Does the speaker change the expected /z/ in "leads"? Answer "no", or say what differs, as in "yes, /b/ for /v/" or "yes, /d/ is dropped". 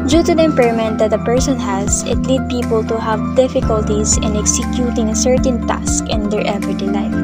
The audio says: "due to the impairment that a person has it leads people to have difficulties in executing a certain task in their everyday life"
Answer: yes, /z/ is dropped